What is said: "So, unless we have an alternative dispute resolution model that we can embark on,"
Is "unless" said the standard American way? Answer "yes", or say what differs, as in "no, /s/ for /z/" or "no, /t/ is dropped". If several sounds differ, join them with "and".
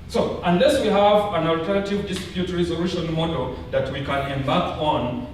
yes